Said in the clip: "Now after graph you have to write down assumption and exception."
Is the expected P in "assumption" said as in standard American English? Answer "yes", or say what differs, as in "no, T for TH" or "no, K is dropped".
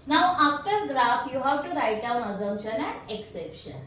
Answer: no, P is dropped